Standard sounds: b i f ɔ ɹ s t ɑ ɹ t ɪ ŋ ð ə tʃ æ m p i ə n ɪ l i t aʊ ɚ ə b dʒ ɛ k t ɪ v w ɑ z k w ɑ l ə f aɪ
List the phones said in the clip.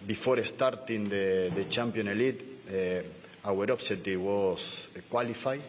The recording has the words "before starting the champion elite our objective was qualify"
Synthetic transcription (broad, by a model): b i f ɔ ɹ s t ɑ ɹ t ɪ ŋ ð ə tʃ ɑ m p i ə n l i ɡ aʊ ɚ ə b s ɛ t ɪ w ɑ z k w ɑ l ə f aɪ